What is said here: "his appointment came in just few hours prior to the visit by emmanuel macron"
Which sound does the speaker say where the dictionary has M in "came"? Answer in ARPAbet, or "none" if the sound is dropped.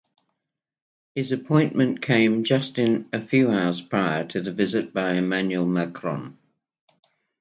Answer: none